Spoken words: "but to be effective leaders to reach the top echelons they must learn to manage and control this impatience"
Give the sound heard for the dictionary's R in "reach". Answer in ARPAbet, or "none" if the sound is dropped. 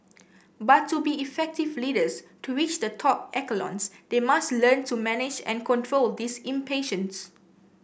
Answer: W